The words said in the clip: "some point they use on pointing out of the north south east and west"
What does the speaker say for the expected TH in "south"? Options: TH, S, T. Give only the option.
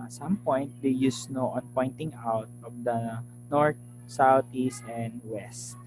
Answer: T